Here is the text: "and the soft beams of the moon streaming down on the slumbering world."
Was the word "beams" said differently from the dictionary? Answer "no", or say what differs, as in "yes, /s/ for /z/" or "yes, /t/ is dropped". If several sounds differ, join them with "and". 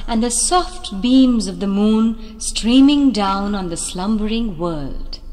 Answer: no